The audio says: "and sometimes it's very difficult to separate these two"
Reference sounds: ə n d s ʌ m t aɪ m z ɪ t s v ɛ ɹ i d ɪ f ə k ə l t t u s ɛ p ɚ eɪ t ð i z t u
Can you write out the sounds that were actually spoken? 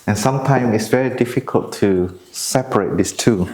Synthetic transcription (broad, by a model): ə n s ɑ m t aɪ m ɪ t s v ɛ ɹ i d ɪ f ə k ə l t t u s ɛ p ɚ eɪ t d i s t u